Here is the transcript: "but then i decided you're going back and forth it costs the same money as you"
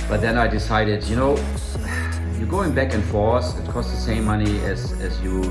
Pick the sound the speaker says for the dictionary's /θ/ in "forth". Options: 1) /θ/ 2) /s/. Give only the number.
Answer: 2